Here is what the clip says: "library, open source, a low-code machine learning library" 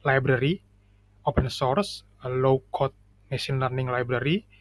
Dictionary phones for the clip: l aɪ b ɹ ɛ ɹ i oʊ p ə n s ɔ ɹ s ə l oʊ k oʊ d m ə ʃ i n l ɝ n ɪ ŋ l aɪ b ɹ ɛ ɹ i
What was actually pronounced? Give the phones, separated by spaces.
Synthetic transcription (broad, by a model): l aɪ b ɹ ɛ ɹ i oʊ p ə n s ɔ ɹ s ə l oʊ k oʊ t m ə s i n l ɝ n ɪ ŋ l aɪ b ɹ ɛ ɹ i